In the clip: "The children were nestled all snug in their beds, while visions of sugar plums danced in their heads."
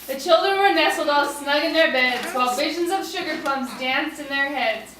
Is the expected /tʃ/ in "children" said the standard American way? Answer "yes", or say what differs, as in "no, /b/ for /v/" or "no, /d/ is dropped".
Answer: yes